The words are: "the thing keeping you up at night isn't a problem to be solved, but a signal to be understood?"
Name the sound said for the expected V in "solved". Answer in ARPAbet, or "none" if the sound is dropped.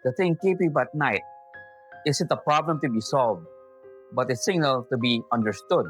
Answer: V